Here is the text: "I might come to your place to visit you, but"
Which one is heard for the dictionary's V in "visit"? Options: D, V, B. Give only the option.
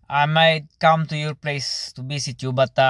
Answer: B